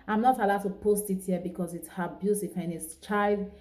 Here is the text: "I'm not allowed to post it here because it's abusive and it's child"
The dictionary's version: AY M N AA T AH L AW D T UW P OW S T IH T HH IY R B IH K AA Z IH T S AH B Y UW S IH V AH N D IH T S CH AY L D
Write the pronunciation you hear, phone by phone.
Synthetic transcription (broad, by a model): AY M N AA T AH L AW D T UW P OW S T IH T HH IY B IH K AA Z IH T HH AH B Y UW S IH F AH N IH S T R AY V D